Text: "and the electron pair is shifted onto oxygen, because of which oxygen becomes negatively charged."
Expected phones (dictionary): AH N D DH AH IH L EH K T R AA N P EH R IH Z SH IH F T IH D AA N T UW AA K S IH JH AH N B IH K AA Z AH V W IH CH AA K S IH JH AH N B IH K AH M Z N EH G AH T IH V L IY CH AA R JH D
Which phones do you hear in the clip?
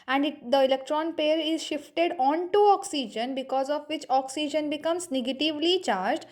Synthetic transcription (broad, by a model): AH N D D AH IH L EH K T R AA N P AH R IH Z SH IH F T IH D AA N T UW AA K S IH JH AH N B IH K AA Z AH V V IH CH AA K S IH JH AH N B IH K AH M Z N EH G AH T IH V L IY CH AA R JH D